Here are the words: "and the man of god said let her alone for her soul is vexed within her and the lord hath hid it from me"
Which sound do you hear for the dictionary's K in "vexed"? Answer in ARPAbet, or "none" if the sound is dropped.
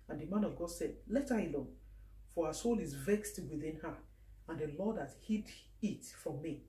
K